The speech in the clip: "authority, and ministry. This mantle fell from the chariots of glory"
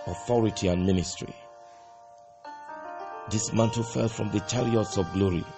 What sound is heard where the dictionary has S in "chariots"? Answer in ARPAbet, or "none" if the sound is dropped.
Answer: S